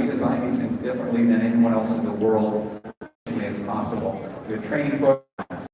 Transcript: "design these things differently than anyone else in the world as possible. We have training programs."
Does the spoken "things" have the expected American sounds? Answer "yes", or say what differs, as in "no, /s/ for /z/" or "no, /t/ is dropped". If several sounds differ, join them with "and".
yes